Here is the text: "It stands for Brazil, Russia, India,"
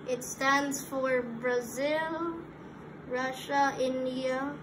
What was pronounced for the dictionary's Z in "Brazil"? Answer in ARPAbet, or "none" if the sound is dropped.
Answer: Z